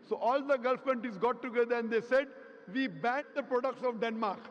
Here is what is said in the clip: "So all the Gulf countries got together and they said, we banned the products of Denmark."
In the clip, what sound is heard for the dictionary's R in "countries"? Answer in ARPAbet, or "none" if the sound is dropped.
none